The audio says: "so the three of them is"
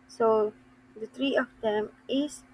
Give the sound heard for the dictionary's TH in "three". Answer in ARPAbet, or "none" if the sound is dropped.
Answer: T